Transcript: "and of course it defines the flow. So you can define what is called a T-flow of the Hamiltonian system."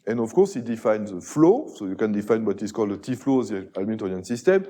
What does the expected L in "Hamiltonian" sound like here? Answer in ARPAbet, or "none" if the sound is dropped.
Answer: none